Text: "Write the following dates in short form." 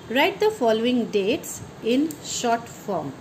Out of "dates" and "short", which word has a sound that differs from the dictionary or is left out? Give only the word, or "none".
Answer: none